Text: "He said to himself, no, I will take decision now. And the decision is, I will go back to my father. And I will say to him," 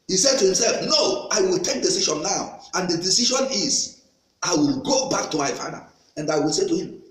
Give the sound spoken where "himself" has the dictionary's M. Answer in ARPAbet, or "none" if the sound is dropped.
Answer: M